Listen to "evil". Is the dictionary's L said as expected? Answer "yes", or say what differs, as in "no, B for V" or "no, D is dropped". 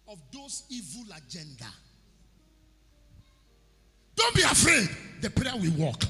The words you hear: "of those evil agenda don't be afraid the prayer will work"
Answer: yes